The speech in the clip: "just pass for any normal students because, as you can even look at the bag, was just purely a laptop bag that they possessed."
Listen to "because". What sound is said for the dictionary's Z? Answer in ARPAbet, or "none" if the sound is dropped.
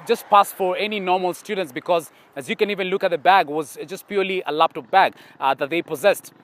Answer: Z